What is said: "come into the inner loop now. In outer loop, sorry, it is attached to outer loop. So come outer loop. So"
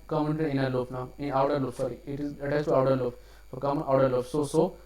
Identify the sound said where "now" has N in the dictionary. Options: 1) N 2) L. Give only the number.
1